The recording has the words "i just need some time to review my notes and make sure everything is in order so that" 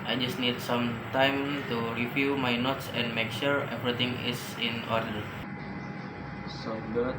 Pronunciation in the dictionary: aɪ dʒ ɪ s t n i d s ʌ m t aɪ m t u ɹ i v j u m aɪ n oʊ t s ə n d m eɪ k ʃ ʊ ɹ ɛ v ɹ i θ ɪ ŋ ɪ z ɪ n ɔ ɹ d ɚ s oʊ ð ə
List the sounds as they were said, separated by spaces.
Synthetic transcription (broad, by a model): aɪ dʒ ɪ s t n i d s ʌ m t aɪ m t u ɹ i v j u m aɪ n oʊ t s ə n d m eɪ k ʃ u ɹ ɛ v ɹ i t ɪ ŋ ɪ s ɪ n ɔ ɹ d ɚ s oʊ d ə